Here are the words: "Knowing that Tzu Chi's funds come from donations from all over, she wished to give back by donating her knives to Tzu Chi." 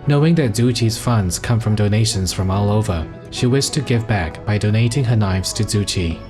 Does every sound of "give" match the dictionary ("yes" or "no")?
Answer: yes